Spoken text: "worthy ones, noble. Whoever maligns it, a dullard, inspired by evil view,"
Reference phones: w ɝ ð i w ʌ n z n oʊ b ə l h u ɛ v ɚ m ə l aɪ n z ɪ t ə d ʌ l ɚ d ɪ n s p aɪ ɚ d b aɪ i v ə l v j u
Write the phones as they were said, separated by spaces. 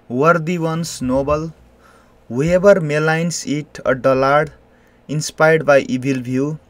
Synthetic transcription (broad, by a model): w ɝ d i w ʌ n s n oʊ b ə l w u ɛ b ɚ m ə l aɪ n s ɪ t ə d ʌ l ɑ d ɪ n s p aɪ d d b aɪ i b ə l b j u